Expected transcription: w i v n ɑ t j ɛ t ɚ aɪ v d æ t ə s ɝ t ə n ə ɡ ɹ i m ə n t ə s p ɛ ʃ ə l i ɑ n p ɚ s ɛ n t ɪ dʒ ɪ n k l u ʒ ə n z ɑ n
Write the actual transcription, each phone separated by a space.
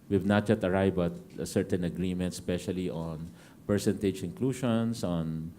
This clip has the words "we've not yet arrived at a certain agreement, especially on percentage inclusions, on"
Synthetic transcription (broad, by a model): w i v n ɑ t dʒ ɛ t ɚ aɪ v ɑ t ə s ɝ t ə n ə ɡ ɹ i m ə n t s p ɛ ʃ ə l i ɑ n p ɚ s ɛ n t ɪ dʒ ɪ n k l u ʃ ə n s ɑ n